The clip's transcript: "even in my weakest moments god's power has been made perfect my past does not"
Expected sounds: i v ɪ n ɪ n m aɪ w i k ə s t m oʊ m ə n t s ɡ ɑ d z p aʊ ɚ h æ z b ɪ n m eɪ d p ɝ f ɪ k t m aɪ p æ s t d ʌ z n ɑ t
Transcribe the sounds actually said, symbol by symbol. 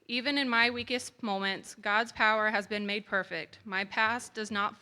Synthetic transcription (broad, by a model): i v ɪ n ɪ n m aɪ w i k ə s t m oʊ m ə n t s ɡ ɑ d z p aʊ ɚ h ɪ z b ɪ n m eɪ d p ɝ f ɪ k t m aɪ p æ s d ʌ z n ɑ t